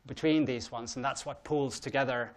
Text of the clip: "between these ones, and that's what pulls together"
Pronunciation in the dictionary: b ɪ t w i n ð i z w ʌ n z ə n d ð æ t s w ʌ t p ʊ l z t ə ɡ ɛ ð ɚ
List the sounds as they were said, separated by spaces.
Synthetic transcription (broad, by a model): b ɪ t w i n ð i z w ʌ n z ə n ð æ t s w ʌ t p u l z t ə ɡ ɛ ð ɚ